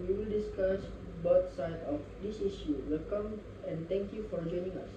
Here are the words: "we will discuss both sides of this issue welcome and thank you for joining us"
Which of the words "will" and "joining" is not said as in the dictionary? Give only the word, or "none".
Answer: none